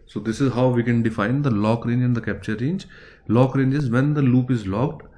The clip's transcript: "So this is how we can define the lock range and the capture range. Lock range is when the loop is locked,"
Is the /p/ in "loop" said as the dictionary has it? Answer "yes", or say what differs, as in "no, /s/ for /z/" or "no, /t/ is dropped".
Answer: yes